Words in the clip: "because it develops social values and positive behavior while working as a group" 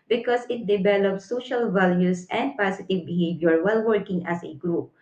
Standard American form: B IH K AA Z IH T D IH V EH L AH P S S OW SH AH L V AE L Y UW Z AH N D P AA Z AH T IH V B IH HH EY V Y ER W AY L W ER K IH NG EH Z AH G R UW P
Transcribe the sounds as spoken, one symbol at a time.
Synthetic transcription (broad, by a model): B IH K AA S IH T D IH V EH L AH P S S OW SH AH L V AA L Y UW S AH N D P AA S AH T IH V B IH HH EY V Y ER W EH L W ER K IH NG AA S AH G R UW P